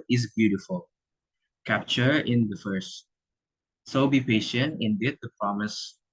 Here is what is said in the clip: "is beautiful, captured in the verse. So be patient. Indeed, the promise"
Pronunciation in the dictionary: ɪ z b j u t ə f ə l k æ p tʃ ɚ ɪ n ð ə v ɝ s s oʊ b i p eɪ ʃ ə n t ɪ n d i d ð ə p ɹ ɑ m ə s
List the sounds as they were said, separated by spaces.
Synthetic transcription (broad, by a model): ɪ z b j u t ə f ə l k æ p tʃ ɚ ɪ n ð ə f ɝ s s oʊ b i p eɪ ʃ ə n t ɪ n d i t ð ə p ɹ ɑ m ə s